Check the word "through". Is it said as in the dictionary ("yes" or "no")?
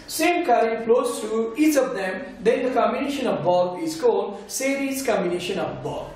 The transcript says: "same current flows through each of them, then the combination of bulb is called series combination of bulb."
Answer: no